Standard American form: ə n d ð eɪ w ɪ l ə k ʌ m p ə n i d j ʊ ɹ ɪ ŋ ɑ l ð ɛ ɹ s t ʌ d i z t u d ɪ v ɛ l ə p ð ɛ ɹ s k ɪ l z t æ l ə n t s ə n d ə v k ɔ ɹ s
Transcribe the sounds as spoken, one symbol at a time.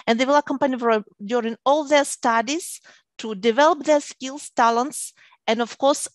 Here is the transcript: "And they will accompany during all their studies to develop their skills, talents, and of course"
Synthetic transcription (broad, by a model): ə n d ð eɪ w ɪ l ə k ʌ m p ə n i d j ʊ ɹ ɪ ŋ ɑ l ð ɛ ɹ s t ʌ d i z t u d ɪ v ɛ l ə p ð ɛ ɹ s k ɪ l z t æ l ə n t s ə n d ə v k ɔ ɹ s